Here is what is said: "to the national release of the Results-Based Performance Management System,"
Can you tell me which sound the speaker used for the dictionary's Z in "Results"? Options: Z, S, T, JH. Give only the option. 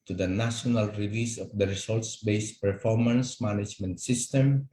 S